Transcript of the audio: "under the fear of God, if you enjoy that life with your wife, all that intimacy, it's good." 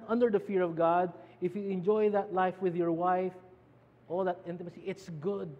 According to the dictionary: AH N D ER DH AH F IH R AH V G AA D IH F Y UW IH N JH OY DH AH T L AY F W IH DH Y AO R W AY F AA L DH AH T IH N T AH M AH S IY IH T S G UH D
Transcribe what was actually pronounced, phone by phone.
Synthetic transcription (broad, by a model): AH N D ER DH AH F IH R AH V G AA D IH F Y UW IH N JH OY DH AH T L AY F W IH DH Y AO R W AY F AA L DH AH T IH N T AH M AH S IY IH T S G UH D